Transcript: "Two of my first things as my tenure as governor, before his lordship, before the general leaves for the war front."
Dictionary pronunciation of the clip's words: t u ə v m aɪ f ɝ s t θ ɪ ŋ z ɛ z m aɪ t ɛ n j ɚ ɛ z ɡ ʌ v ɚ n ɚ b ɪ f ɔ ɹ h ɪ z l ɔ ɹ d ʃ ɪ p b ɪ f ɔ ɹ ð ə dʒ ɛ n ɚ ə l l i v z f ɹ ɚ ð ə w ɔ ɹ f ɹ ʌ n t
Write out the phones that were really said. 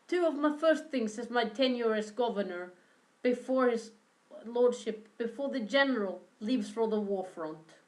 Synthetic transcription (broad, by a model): t u ə v m aɪ f ɝ s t θ ɪ ŋ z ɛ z m aɪ t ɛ n j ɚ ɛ s ɡ ʌ v ɚ n ɚ b ɪ f ɔ ɹ h ɪ z l ɔ ɹ d ʃ ɪ p b ɪ f ɔ ɹ ð ə dʒ ɛ n ɚ ə l l i v z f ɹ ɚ ð ə w ɔ ɹ f ɹ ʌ n t